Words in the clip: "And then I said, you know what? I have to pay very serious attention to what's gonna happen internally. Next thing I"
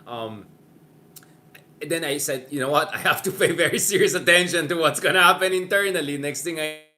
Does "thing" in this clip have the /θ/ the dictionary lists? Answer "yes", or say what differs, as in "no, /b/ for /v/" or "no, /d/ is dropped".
no, /t/ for /θ/